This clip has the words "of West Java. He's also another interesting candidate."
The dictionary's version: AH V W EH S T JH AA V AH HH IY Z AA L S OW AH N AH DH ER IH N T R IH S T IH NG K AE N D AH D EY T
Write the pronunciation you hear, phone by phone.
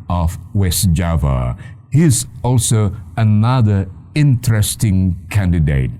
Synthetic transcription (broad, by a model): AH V W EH S JH AA V AH HH IY Z AA L S OW AH N AH DH ER IH N T R IH S T IH NG K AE N D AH D EY T